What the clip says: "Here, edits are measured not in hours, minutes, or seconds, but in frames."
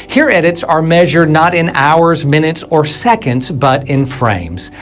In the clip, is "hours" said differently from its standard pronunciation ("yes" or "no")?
no